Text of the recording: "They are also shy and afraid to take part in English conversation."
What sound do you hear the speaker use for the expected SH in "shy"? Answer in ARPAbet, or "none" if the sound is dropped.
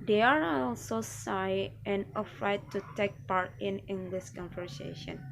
S